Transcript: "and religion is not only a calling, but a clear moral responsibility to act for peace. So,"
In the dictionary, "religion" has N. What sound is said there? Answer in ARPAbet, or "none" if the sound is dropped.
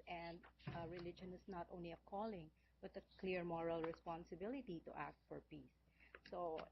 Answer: N